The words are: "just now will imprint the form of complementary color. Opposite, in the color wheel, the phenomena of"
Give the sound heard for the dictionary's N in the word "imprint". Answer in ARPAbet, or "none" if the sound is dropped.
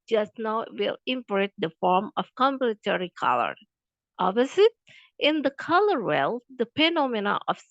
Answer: none